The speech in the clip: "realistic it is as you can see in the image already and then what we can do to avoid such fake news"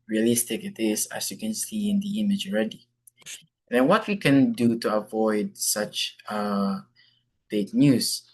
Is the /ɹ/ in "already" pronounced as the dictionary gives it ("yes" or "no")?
yes